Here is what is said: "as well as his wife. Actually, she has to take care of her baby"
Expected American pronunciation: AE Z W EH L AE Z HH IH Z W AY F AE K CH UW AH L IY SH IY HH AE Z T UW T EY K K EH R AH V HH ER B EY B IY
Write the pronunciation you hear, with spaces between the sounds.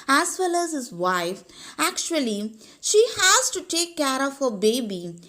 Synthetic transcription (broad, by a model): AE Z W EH L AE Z HH IH Z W AY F AE K CH UW AH L IY SH IY HH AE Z T UW T EY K K EH R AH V HH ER B EY B IY